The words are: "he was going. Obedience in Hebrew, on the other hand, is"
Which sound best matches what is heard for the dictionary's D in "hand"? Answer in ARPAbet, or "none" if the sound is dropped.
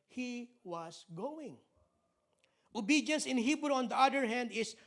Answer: D